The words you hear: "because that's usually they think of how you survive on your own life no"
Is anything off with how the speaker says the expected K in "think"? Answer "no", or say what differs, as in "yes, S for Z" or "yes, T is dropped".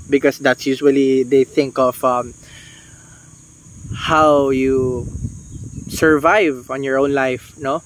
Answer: no